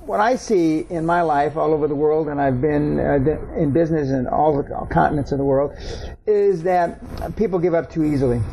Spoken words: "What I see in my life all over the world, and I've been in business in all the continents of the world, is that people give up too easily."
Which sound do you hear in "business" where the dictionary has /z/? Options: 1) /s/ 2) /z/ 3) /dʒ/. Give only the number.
2